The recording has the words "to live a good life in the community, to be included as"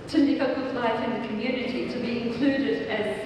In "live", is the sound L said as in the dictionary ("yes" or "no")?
no